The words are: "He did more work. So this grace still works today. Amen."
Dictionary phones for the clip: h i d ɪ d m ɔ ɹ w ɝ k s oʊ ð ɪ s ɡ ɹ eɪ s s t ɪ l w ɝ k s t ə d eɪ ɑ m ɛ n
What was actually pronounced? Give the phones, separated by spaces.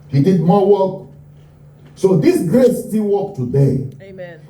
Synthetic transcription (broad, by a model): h i d ɪ d m ɔ w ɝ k s oʊ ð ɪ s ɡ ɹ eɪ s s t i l w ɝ k t ə d eɪ